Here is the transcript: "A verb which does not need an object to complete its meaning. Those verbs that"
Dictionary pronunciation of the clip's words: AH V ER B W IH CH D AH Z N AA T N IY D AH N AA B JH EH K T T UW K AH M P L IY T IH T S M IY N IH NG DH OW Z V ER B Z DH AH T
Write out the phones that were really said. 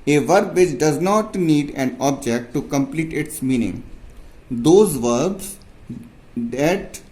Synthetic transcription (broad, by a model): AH V ER B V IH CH D AH Z N AA T N IY D AH N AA B JH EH K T T UW K AH M P L IY T IH T S M IY N IH NG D OW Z V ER B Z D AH T